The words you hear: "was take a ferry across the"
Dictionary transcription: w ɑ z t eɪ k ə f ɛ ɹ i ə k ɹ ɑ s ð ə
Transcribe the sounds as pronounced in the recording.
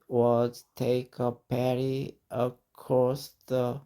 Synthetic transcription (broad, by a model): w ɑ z t eɪ k ə p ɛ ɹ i ə k ɹ ɑ s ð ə